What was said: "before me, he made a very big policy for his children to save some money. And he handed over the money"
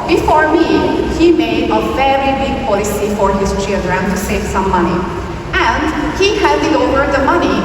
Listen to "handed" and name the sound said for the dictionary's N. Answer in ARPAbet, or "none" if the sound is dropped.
none